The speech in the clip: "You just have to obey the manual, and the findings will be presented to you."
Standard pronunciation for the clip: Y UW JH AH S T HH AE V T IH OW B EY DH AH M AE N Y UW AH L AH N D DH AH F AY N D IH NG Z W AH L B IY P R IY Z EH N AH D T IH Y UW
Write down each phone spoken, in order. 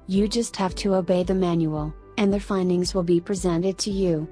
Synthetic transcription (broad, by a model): Y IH JH AH S T HH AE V T IH OW B EY DH AH M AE N Y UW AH L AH N DH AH F AY N D IH NG Z W AH L B IY P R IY Z EH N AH D T IH Y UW